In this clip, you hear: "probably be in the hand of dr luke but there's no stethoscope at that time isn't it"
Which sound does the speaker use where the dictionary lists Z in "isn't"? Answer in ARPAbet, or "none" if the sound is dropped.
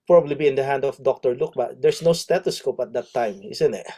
S